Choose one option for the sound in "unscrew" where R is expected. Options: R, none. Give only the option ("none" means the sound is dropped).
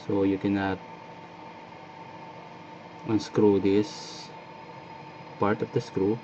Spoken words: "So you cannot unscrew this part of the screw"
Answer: R